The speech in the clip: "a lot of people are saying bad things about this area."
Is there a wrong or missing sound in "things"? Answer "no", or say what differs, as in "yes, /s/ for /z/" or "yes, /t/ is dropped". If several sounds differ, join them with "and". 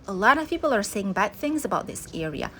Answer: no